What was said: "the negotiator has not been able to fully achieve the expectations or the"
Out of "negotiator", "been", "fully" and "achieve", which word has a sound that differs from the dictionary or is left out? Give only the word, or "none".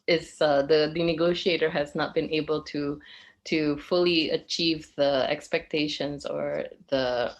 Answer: none